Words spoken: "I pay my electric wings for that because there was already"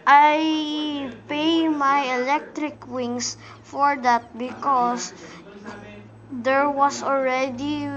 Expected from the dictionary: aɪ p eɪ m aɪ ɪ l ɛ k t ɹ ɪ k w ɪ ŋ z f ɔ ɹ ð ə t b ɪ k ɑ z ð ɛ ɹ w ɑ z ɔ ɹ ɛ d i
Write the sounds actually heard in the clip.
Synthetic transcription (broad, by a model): aɪ p eɪ m aɪ ɪ l ɛ k t ɹ ɪ k w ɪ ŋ s f ɔ ɹ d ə t b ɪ k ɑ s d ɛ ɹ w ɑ s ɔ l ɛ d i